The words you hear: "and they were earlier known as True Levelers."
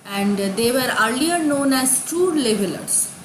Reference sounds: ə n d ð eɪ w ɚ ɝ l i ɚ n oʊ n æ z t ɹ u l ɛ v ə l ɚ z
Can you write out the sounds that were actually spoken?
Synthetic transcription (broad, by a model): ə n d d eɪ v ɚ ɝ l i ɚ n oʊ n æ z t u l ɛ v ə l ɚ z